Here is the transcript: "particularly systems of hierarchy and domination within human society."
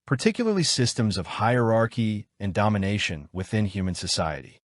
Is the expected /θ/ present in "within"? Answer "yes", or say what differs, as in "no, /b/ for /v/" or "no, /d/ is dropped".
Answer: yes